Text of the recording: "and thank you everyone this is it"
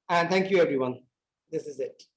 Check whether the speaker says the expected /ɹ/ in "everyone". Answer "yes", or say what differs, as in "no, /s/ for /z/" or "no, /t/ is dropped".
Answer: yes